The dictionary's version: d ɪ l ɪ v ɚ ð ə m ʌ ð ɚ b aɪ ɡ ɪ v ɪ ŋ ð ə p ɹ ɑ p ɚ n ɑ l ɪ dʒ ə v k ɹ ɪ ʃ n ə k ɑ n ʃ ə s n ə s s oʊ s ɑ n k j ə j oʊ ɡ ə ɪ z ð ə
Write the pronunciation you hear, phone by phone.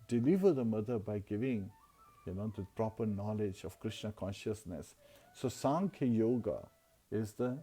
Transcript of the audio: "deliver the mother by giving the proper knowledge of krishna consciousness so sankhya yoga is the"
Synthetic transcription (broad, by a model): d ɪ l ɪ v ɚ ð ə m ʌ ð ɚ b aɪ ɡ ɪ v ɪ ŋ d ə p ɹ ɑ p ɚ n ɑ l ɪ dʒ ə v k ɹ ɪ ʃ n ə k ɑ n ʃ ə s n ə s s oʊ s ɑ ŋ k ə j oʊ ɡ ə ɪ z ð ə